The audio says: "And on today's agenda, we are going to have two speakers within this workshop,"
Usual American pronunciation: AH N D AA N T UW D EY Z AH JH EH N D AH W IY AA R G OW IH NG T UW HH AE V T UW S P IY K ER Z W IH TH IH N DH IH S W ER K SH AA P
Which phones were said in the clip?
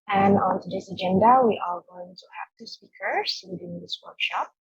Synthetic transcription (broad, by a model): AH N AA N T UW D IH S AH JH EH N D AH W IY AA L G OW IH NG T UW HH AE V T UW S P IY K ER S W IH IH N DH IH S W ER K SH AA P